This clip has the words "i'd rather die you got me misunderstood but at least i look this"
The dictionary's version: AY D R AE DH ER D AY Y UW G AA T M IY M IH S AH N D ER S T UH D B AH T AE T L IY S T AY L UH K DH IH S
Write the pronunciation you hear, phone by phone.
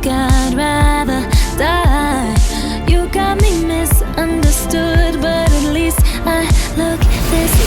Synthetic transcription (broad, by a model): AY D R AE DH ER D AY Y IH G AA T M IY M IH S AH N D ER S T UH D B AH T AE T L IY S T AY L UH K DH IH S